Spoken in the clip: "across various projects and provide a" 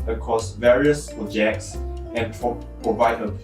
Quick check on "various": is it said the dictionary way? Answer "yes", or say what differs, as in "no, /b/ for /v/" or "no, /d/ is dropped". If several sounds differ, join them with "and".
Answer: yes